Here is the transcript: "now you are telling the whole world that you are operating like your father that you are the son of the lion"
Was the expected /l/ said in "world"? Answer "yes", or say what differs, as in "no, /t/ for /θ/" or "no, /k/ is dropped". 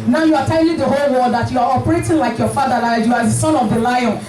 no, /l/ is dropped